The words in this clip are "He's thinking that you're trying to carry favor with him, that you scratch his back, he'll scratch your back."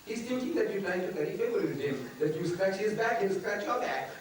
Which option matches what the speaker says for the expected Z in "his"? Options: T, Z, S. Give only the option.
Z